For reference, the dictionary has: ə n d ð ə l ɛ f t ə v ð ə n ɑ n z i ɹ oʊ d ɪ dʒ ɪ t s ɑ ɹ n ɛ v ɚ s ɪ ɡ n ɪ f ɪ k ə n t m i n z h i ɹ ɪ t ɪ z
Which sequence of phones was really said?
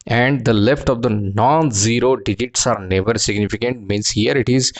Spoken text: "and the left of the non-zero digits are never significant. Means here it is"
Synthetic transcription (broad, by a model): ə n d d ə l ɛ f t ə v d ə n ɑ n z i ɹ oʊ d ɪ dʒ ɪ t s ɑ ɹ n ɛ v ɚ s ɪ ɡ n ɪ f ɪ k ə n t m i n s h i ɹ ɪ t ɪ z